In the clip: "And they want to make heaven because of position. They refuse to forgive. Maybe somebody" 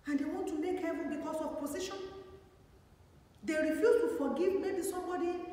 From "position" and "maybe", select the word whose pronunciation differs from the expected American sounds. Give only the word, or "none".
position